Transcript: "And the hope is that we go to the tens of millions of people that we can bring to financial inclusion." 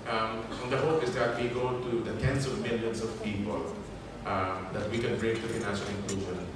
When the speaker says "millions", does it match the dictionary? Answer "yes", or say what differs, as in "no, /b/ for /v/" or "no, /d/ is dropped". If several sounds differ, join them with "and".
no, /s/ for /z/